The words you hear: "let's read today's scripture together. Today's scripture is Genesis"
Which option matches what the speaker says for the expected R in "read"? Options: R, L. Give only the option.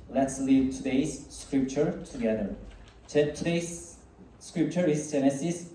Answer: L